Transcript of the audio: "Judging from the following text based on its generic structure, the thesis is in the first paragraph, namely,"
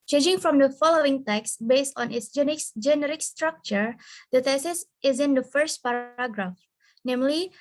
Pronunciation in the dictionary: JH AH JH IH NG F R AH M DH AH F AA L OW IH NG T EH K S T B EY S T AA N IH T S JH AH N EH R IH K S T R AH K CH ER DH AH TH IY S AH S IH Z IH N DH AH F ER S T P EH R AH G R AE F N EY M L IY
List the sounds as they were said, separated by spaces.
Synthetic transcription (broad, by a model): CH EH JH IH NG F R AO M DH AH F AA L OW IH NG T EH K S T B EY S T AA N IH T S JH AH N EH R IH K S T R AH K CH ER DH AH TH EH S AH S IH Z IH N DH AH F ER S T P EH R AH G R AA F N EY M L IY